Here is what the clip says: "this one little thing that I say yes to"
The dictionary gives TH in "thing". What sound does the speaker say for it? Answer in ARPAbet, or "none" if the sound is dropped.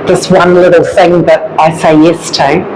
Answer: TH